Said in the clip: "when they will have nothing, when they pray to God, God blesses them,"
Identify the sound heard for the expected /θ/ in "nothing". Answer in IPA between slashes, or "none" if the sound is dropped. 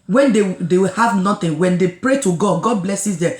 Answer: /t/